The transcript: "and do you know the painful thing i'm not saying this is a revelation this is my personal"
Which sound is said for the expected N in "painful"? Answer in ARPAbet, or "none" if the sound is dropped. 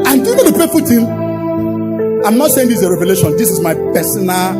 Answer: none